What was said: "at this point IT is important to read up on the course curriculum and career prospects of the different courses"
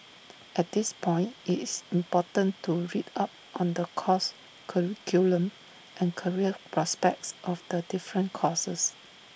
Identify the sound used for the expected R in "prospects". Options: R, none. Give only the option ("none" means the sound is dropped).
R